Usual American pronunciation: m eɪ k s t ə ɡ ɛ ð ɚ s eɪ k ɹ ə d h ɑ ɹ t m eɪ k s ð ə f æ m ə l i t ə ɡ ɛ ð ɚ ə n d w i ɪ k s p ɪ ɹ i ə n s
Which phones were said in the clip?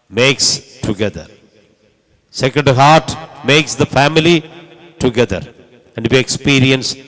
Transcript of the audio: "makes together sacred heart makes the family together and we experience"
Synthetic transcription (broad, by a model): m eɪ k s t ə ɡ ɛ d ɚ s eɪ k ə d h ɑ ɹ t m eɪ k s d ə f æ m ə l i t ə ɡ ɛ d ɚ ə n d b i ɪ k s p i ɹ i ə n s